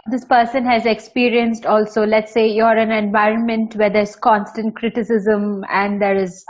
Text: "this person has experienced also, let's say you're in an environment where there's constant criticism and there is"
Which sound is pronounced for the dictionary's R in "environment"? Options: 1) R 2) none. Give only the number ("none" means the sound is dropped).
1